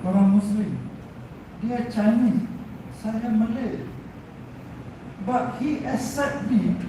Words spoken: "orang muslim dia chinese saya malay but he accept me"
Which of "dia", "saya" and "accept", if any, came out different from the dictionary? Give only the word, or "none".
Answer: accept